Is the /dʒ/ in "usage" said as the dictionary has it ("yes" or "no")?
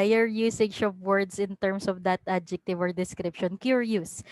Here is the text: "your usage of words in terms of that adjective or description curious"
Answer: no